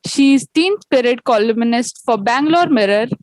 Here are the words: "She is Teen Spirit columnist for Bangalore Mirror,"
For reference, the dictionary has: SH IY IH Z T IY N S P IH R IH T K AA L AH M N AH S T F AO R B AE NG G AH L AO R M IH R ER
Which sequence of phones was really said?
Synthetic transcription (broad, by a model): SH IY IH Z T IY N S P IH R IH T K AA L AH M N AH S T F AO R B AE NG G L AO R M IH R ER